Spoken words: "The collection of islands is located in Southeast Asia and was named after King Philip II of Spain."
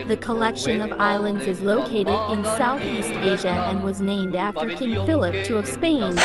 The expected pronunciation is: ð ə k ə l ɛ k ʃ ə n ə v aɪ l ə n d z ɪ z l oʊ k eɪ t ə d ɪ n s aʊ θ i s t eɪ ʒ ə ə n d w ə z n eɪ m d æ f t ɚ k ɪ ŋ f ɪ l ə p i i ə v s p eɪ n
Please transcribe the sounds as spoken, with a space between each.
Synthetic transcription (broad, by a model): ð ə k ə l ɛ k ʃ ə n ə v aɪ l ə n d z ɪ z l oʊ k eɪ t ə d ɪ n s aʊ θ i s t eɪ ʒ ə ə n w ə z n eɪ m d æ f t ɚ k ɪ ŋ f ɪ l ə p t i ə v s p eɪ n